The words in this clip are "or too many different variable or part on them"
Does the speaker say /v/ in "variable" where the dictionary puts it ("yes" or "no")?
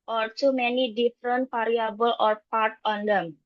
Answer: no